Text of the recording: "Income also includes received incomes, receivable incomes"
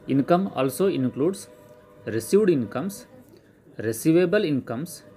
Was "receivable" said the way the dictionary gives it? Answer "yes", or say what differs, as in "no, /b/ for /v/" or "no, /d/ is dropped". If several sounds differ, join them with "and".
yes